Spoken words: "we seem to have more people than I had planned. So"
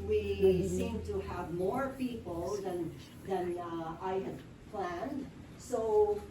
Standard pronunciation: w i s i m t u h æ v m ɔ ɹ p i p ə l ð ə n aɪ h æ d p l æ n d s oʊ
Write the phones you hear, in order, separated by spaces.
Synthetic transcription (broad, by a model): w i s i m t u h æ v m ɔ ɹ p i p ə n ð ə n aɪ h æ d p l æ n d s oʊ